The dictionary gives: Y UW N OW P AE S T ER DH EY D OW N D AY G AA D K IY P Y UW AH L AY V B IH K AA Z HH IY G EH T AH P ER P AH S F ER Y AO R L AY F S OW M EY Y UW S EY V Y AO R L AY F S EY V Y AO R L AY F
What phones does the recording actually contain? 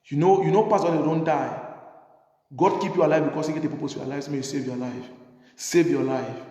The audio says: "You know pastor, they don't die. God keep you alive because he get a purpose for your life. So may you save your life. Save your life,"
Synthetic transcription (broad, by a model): Y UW N OW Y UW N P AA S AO D OW N D AY G AA D K IY P Y UW AH L AY V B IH K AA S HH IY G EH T AH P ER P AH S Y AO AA L AY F S OW M EY Y UW S EY V Y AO L AY F S EY V Y AO L AY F